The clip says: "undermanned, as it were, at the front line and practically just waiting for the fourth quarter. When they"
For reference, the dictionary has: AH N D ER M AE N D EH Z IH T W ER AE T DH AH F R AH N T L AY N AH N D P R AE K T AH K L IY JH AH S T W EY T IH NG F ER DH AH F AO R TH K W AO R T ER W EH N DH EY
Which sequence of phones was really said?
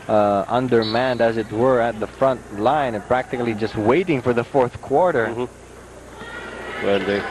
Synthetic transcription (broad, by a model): AH N D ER M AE N D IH Z IH T W ER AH T DH AH F R AH N T L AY AH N P R AE K T AH K L IY JH AH S T W EY T IH NG F ER DH AH F AO R TH K W AO R T ER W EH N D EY